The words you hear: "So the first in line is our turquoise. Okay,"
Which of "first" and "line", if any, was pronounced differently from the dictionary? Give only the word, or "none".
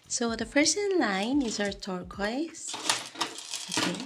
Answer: first